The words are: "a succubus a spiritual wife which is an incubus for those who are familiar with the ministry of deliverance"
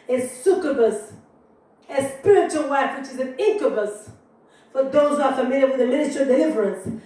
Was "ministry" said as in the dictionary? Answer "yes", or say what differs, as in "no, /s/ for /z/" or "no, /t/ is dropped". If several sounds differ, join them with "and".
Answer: no, /s/ is dropped